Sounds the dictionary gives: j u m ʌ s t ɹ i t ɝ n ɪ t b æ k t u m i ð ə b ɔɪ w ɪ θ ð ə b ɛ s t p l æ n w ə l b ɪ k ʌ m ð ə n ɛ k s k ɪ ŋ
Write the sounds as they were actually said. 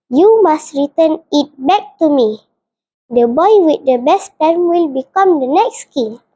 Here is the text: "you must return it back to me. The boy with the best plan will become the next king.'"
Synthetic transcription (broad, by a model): j u m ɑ s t ɹ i t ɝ n ɪ t b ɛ k t u m i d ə b ɔɪ w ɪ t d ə b ɛ s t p ɛ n w ə l b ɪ k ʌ m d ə n ɛ k s k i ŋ